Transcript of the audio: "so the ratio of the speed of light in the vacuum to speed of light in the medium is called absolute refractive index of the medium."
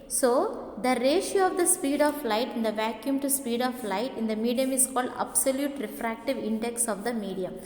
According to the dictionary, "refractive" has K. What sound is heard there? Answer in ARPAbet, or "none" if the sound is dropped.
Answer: K